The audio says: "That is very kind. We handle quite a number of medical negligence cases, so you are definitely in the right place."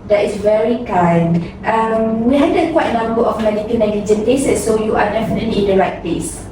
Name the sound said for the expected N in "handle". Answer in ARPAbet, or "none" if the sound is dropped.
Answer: none